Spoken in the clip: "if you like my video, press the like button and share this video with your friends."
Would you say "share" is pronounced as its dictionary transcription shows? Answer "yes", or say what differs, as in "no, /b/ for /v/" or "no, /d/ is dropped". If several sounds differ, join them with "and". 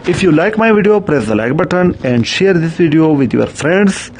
yes